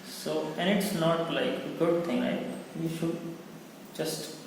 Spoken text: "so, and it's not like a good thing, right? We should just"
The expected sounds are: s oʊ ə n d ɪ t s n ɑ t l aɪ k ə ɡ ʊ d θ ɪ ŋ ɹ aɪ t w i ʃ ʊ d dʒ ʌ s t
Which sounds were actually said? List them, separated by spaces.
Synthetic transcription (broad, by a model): s oʊ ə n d ɪ t s n ɑ t l aɪ k ə ɡ ʊ d t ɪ ŋ l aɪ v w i ʃ ʊ d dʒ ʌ s t